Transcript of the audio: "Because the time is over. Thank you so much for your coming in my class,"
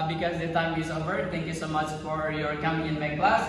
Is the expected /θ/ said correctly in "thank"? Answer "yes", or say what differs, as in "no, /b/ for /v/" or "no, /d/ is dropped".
no, /t/ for /θ/